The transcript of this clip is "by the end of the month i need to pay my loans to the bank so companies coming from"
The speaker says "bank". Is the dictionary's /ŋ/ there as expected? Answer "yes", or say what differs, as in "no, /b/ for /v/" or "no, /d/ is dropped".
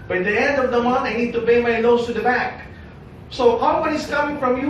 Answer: no, /ŋ/ is dropped